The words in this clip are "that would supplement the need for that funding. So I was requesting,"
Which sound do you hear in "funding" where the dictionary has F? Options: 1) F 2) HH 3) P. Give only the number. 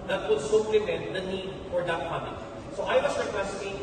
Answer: 3